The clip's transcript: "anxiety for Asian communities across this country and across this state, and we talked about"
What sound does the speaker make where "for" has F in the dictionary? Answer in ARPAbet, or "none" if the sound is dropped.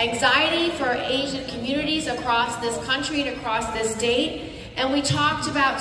F